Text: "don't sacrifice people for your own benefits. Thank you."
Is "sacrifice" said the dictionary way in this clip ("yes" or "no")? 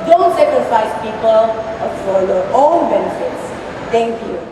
no